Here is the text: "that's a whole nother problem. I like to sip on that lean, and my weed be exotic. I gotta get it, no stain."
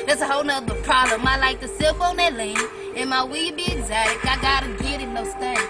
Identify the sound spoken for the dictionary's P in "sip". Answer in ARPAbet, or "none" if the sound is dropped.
F